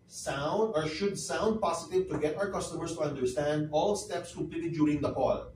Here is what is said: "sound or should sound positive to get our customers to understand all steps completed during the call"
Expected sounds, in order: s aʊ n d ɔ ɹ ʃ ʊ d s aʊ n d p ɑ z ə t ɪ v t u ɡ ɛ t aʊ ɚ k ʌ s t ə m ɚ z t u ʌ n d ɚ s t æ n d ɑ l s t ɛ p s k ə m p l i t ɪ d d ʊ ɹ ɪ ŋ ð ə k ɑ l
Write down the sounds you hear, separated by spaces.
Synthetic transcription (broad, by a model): s aʊ n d ɔ ɹ ʃ ʊ d s aʊ n d p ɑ s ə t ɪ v t u ɡ ɛ t aʊ ɚ k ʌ s t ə m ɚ s t u ʌ n d ɚ s t æ n d ɑ l s t ɛ p s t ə p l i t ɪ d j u ɹ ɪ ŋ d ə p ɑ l